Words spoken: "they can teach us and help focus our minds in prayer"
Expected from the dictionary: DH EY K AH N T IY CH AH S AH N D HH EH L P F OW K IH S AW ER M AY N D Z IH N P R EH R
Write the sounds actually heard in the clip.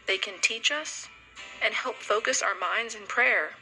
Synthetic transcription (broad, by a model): DH EY K AH N T IY CH AH S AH N HH EH L P F OW K IH S AW ER M AY N D Z IH N P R EH R